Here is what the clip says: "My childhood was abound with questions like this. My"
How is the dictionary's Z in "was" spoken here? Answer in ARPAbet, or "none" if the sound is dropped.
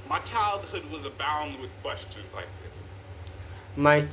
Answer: Z